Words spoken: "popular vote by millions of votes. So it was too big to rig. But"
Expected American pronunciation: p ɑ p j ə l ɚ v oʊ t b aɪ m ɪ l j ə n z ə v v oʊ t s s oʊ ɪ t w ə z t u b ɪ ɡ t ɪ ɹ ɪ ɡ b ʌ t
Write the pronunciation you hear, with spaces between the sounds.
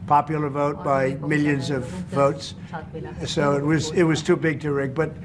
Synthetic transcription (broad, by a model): p ɑ p j l ɚ v oʊ t b aɪ m ɪ l j ə n z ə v v oʊ t s s oʊ ɪ t w ə z t u b ɪ ɡ t ɪ ɹ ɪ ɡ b ʌ t